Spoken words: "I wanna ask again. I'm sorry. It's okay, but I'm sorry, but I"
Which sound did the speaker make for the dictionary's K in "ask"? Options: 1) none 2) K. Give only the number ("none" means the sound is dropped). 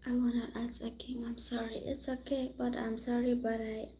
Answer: 1